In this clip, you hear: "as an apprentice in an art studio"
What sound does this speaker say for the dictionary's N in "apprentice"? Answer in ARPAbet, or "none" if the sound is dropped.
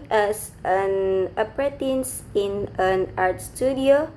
none